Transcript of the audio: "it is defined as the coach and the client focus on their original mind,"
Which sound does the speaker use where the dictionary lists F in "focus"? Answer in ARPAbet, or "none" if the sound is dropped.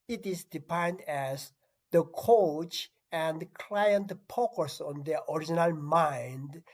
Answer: P